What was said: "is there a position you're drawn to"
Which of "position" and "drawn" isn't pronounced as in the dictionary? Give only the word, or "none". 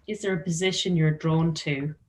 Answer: none